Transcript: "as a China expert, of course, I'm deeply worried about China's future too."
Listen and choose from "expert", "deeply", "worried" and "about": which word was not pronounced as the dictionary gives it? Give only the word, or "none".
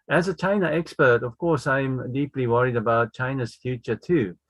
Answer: none